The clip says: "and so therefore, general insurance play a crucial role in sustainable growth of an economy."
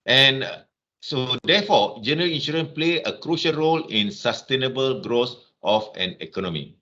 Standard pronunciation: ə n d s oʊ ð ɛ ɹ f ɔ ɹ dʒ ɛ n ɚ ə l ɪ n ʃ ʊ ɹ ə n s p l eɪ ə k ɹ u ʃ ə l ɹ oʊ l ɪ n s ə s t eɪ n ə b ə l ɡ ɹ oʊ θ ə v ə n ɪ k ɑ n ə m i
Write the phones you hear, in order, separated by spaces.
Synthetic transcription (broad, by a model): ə n s oʊ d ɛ f ɔ dʒ ɛ n ɚ ə l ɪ n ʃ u ɹ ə n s p l eɪ ə k ɹ u ʃ ə l ɹ oʊ l ɪ n s ə s t eɪ n ə b ə l ɡ ɹ oʊ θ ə f ə n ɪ k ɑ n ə m i